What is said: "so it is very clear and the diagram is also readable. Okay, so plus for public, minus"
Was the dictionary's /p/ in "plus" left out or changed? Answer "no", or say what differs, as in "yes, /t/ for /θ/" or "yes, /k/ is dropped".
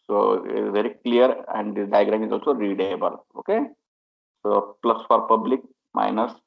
no